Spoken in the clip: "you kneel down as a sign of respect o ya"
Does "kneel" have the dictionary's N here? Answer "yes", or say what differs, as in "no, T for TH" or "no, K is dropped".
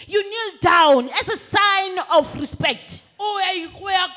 yes